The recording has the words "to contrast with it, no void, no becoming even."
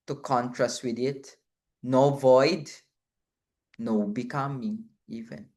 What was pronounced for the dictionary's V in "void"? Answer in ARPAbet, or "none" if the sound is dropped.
V